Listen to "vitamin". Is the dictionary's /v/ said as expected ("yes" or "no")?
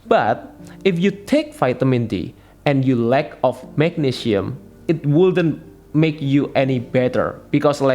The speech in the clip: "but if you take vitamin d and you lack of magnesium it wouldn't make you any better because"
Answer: no